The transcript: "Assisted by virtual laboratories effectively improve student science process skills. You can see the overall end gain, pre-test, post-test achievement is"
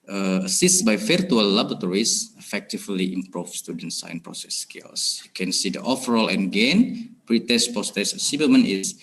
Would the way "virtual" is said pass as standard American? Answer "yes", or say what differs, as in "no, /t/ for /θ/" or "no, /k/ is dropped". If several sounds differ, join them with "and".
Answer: no, /f/ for /v/